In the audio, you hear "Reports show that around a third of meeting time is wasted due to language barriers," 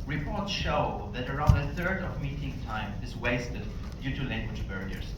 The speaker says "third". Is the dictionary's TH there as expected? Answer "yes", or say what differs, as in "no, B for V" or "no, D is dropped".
yes